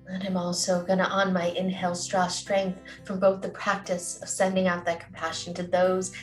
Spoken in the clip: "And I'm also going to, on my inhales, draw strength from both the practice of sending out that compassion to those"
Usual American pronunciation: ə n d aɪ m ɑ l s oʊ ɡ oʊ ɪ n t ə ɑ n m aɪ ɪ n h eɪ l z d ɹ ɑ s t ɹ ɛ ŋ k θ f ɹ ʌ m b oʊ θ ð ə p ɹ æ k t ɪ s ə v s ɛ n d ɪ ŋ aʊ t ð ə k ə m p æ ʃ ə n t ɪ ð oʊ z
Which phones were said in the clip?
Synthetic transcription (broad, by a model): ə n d aɪ m ɑ l s oʊ ɡ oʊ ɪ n t ə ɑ n m aɪ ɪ n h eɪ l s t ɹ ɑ s t ɹ ɛ ŋ k θ f ɹ ʌ m b oʊ θ ð ə p ɹ æ k t ɪ s ə v s ɛ n d ɪ ŋ aʊ t ð ə k m p æ ʃ n t ɪ ð oʊ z